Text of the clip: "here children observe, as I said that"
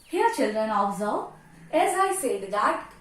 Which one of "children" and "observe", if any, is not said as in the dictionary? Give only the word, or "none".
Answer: observe